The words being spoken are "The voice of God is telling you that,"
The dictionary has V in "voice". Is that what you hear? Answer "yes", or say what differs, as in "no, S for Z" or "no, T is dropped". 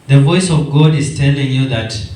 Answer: yes